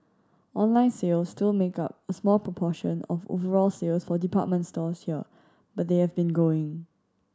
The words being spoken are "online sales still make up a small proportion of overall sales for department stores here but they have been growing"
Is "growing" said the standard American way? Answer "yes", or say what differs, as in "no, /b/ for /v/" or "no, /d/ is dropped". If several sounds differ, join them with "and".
no, /ɹ/ is dropped